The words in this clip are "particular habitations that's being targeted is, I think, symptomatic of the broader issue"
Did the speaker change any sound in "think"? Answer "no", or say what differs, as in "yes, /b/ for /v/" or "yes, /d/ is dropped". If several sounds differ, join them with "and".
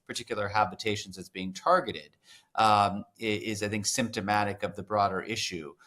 no